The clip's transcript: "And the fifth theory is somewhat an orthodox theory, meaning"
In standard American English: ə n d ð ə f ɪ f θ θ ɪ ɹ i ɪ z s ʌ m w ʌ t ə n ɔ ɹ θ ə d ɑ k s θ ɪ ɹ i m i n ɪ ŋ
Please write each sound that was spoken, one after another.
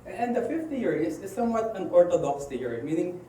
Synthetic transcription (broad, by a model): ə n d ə f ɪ f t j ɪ ɹ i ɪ s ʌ m w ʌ t ə n ɔ ɹ t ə d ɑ k s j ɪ ɹ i m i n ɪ ŋ